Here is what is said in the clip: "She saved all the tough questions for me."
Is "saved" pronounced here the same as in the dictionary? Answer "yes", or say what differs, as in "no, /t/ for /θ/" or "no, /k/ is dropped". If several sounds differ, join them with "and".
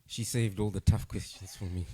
yes